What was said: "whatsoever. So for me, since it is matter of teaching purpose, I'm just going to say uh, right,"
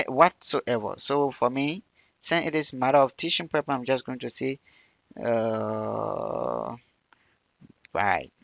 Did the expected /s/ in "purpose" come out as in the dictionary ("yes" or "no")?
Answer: no